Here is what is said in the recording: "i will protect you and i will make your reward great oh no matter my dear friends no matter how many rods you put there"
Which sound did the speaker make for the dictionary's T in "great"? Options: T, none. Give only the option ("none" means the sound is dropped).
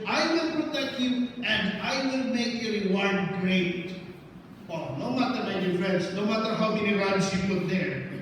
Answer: T